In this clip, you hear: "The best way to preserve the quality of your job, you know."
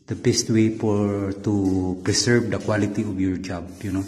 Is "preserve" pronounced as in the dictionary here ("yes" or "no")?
no